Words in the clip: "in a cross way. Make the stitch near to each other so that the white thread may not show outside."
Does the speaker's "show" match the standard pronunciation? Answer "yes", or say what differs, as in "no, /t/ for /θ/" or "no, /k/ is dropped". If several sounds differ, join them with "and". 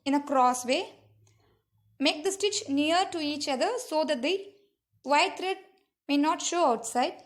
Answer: yes